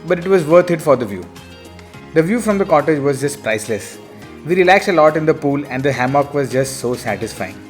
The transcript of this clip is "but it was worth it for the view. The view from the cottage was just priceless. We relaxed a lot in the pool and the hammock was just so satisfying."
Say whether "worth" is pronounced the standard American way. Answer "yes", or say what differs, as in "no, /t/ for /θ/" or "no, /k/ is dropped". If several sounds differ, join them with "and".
no, /t/ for /θ/